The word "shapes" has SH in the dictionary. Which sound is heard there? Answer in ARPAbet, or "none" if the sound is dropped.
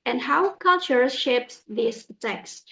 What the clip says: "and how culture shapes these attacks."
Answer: SH